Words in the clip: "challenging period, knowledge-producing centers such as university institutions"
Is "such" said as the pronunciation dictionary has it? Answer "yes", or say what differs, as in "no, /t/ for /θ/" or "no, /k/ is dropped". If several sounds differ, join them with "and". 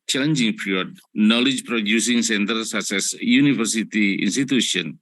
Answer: no, /s/ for /tʃ/